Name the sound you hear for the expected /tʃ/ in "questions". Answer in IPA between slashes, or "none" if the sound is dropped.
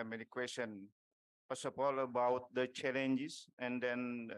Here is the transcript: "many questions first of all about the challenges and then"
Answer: none